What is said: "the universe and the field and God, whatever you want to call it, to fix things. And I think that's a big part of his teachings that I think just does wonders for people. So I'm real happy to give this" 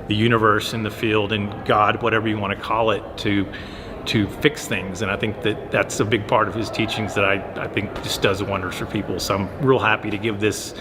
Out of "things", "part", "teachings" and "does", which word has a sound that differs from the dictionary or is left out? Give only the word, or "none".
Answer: none